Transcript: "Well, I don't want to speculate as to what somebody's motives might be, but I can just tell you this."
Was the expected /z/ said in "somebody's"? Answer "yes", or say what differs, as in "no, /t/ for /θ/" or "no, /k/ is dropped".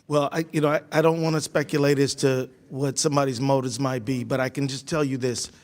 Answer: yes